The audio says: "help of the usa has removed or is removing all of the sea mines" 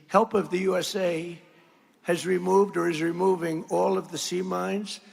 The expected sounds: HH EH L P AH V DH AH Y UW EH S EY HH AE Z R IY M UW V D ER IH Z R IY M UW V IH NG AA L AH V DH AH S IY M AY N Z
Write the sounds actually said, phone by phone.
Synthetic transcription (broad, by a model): HH EH L P AH V DH AH Y UW EH S EY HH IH Z R IY M UW V D ER IH Z R IY M UW V IH NG AA L AH V DH AH S IY M AY N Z